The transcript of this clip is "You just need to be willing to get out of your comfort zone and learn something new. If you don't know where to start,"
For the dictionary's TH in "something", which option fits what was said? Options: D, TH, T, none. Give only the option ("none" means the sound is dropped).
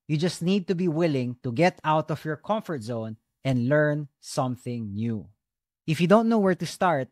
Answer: TH